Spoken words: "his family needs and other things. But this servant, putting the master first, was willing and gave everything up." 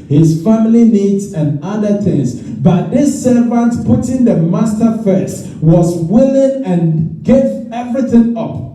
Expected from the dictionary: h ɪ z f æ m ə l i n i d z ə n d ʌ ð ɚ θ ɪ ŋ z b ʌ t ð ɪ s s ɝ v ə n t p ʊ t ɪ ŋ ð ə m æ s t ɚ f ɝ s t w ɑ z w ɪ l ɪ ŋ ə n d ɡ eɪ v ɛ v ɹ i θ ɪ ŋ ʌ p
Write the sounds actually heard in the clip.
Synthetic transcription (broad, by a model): h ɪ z f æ m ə l i n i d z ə n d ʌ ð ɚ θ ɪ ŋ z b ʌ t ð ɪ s s ɝ v ə n t p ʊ t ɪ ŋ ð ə m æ s t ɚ f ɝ s t w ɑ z w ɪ l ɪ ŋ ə n ɡ eɪ v ɛ v ɹ i θ ɪ ŋ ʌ p